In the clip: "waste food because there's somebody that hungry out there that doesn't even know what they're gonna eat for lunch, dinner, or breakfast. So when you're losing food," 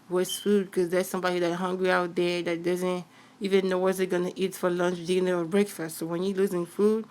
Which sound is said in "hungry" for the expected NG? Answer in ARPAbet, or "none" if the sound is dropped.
NG